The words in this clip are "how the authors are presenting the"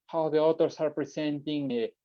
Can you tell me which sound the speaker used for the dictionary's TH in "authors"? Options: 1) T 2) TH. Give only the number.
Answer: 1